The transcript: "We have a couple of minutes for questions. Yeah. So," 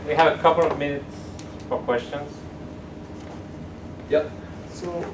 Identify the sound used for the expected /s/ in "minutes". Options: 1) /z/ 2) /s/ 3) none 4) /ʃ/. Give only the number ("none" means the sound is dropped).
2